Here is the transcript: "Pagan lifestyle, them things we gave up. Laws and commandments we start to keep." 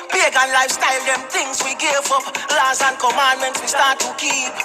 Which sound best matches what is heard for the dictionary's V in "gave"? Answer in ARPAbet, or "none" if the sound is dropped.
F